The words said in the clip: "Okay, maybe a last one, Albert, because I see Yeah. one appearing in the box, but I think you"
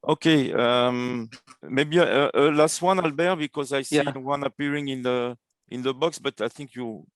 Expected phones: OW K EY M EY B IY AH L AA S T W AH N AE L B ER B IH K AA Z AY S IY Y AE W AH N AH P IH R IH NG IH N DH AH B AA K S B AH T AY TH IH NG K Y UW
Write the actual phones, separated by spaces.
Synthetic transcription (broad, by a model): OW K EY M EY B IY AH L AA S T W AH N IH L B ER B IH K AA Z AY S IY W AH N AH P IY R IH NG IH N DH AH B AA K S B AH T AY TH IH NG K Y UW